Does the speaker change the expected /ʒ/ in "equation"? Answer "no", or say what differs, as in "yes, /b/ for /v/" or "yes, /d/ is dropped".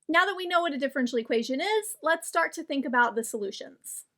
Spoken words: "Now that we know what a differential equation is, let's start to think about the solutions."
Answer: no